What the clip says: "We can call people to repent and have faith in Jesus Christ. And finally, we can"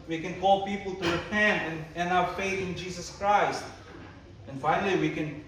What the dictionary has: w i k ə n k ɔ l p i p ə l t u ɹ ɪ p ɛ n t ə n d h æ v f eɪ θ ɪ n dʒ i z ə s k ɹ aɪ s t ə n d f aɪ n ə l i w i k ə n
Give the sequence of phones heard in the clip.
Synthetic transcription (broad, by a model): w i k ə n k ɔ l p i p ə l t u ɹ ɪ p ɛ n t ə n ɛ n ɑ f eɪ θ ɪ n dʒ i s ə s k ɹ aɪ s t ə n f aɪ n ə l i w i k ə n